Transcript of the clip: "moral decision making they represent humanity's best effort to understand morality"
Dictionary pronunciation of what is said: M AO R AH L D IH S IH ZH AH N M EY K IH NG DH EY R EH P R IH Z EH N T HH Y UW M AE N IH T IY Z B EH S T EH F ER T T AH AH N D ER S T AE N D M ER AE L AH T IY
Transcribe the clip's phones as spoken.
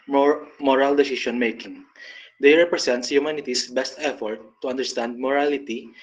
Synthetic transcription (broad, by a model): M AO R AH L D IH S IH SH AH N M EY K IH NG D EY R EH P R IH S EH N T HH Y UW M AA N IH T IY S B EH S T EH F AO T T AH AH N D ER S T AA N D M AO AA L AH T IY